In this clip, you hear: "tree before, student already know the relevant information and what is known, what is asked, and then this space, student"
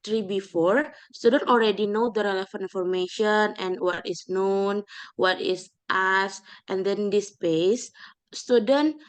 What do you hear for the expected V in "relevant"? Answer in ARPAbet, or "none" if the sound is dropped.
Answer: F